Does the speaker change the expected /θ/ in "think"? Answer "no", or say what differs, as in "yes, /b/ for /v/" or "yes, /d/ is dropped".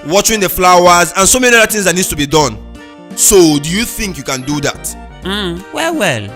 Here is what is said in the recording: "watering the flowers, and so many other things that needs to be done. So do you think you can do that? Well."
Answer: no